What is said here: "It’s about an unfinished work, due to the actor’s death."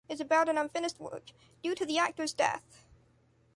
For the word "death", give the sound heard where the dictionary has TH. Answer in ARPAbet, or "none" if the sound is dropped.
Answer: TH